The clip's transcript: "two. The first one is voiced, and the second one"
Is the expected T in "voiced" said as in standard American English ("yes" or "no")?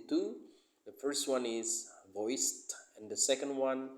yes